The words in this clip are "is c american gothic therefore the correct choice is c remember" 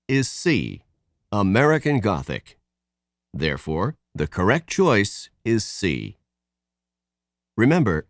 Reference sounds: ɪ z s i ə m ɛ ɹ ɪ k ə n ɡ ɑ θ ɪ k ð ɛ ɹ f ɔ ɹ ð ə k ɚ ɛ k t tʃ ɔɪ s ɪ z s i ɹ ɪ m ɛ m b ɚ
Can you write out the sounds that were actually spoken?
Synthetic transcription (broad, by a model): ɪ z s i ə m ɛ ɹ ɪ k ə n ɡ ɑ θ ɪ k ð ɛ ɹ f ɔ ɹ ð ə k ɚ ɛ k t tʃ ɔɪ s ɪ z s i ɹ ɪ m ɛ m b ɚ